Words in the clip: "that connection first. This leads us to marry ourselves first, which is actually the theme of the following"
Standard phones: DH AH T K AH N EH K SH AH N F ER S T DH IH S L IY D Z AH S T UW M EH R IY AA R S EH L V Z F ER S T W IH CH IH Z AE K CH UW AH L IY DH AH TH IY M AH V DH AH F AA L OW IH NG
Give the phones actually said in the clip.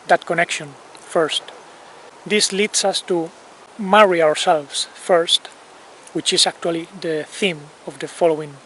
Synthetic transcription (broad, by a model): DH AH T K AH N EH K SH AH N F ER S T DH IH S L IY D S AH S T UW M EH R IY AA R S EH L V S F ER S T W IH CH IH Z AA K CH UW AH L IY DH AH TH IY M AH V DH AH F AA L OW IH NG